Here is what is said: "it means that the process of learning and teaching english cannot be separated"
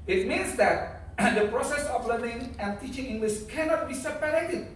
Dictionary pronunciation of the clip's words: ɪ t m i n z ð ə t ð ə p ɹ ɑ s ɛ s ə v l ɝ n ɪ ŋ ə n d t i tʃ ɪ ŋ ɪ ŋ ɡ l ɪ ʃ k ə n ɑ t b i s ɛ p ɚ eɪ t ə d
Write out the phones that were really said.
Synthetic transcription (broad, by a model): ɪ t m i n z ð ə t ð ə p ɹ ɑ s ɛ s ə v l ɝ n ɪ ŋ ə n t i tʃ ɪ ŋ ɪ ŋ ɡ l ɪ s k ə n ɑ t b i s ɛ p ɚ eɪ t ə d